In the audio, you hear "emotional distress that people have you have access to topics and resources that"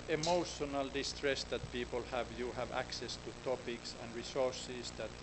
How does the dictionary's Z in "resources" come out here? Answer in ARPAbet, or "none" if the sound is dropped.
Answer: S